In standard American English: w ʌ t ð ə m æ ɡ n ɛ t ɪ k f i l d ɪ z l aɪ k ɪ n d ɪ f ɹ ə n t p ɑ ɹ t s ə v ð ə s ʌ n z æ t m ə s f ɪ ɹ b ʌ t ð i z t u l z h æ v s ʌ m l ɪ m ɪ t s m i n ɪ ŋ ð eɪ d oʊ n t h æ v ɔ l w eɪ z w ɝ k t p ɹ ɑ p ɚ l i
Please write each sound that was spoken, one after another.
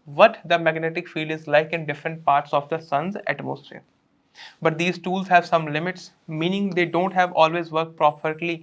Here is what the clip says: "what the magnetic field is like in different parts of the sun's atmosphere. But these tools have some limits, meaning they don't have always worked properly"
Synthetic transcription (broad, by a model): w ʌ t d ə m æ ɡ n ɛ t ɪ k f i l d ɪ z l aɪ k ɪ n d ɪ f ɹ ə n t p ɑ ɹ t s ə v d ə s ʌ n z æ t m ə s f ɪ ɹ b ʌ t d i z t u l z h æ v s ʌ m l ɪ m ɪ t s m i n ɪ ŋ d eɪ d oʊ n t h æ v ɔ l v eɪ z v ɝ k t p ɹ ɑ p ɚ l i